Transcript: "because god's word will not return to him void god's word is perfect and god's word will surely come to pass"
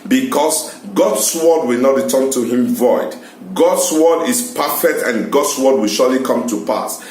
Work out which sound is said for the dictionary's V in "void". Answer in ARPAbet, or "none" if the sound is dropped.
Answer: V